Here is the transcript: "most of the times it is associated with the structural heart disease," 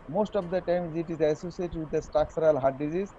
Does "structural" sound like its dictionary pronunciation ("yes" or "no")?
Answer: no